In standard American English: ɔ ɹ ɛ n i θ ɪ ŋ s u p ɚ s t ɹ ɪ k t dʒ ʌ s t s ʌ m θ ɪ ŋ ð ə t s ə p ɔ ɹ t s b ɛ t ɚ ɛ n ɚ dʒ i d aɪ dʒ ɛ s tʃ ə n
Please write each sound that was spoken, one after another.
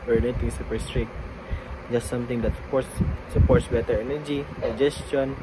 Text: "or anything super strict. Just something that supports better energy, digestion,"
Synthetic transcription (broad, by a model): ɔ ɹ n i t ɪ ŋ s u p ɚ s t ɹ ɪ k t dʒ ʌ s t s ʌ m t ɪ ŋ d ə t s ə p ɔ ɹ t s b ɛ t ɚ ɛ n ɚ dʒ i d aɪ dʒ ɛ s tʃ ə n